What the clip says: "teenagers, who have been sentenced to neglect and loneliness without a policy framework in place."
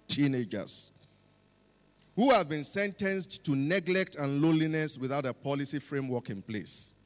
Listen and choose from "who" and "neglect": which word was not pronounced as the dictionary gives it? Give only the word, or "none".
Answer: none